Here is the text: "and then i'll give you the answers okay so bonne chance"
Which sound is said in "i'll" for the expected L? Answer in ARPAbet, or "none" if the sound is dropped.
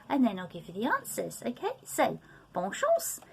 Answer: L